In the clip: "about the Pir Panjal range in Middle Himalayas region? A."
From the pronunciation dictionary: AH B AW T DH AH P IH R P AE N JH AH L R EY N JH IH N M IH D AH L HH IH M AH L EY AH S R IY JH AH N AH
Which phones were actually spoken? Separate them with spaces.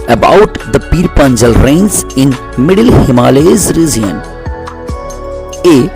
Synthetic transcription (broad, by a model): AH B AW T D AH P IH R P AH N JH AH L R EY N Z IH N M IH D AH L HH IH M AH L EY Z R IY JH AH N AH